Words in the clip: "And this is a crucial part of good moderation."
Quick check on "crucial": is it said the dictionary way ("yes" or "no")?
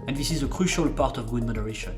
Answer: yes